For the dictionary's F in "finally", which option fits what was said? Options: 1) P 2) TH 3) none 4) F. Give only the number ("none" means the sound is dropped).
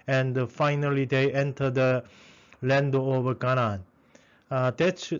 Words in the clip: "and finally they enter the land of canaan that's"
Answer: 4